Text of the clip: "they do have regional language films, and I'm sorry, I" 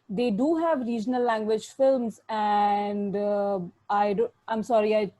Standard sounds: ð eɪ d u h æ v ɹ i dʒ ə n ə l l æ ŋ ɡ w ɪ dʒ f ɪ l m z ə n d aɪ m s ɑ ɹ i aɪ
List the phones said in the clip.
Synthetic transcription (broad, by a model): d eɪ d u h æ v ɹ i dʒ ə n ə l l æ ŋ ɡ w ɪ dʒ f ɪ l m z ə n d aɪ m s ɑ ɹ i aɪ